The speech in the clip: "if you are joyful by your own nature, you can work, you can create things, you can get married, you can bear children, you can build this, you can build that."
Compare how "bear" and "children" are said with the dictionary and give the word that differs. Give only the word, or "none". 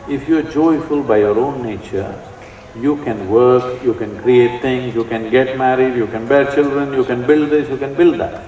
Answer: none